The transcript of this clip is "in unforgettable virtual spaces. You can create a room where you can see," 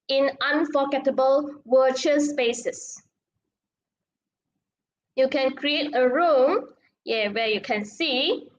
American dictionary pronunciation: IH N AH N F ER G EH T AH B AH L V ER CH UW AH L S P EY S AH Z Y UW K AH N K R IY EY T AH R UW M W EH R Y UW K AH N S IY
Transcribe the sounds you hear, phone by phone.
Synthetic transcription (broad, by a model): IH N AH N F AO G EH T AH B AH L W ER CH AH S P EY S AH S Y UW K AH N K R IY EY T AH R UW M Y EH W Y UW K AH N S IY